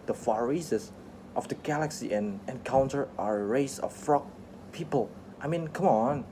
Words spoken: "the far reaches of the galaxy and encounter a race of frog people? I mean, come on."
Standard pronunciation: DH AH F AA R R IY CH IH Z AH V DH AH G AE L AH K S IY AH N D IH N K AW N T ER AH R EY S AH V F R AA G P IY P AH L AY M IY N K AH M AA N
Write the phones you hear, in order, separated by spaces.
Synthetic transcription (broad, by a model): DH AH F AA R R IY S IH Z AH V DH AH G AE L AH K S IY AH N IH N K AW N T ER AH R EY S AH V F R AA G P IY P AH L AY M IY N K AH M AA N